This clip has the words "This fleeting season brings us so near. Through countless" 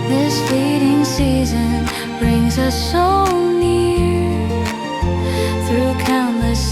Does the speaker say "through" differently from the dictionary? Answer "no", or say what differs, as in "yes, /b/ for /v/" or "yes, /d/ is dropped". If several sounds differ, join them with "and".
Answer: no